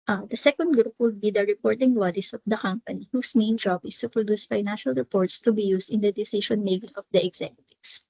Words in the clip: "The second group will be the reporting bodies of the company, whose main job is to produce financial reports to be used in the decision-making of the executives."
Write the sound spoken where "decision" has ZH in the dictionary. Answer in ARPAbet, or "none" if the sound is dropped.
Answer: SH